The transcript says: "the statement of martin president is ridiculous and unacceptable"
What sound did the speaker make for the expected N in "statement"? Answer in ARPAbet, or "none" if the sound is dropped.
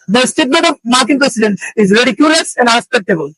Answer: none